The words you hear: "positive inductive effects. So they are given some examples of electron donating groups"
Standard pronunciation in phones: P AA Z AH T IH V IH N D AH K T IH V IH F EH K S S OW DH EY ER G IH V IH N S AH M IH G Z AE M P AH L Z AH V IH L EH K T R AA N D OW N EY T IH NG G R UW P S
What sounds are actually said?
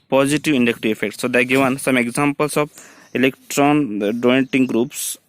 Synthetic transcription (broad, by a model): P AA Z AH T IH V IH N D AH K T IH IH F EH K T S OW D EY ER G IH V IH N S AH M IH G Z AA M P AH L S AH B IH L EH K T R AA N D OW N T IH NG G R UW P S